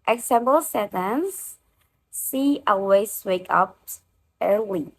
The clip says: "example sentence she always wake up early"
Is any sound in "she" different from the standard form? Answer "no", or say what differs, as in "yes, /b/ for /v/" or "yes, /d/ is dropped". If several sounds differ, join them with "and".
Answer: yes, /s/ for /ʃ/